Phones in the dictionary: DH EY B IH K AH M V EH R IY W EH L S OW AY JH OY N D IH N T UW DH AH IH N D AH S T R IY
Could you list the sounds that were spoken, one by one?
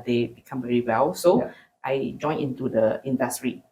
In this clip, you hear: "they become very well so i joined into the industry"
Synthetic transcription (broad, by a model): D EY B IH K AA M V EH R IY W EH L S OW AY JH OY N IH N T UW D AH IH N D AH S T R IY